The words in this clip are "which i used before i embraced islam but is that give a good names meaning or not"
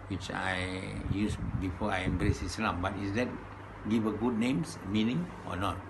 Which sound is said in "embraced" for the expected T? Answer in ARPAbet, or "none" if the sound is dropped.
none